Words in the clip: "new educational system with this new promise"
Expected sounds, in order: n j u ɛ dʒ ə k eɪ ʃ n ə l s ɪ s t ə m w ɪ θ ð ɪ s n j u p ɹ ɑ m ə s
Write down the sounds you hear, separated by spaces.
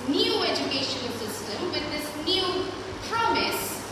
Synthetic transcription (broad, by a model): n j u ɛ dʒ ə k eɪ ʃ ə n s ɪ s t ə m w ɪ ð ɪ s n j u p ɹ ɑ m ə s